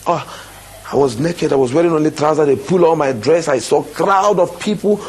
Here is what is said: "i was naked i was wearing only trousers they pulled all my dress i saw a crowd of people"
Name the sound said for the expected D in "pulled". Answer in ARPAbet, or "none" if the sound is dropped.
none